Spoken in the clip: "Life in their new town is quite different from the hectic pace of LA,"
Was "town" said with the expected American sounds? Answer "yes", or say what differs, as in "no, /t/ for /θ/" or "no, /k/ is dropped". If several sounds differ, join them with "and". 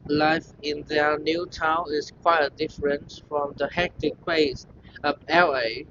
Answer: yes